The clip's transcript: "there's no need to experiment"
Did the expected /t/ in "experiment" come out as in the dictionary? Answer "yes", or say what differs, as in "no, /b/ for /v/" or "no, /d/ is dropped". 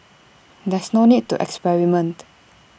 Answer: yes